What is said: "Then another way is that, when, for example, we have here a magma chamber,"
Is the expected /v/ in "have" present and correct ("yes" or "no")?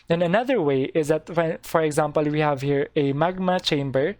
yes